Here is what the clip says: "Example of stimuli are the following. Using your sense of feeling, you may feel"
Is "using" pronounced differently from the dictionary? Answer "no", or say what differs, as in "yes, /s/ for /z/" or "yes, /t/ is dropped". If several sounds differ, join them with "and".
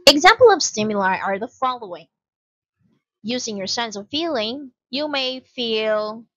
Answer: no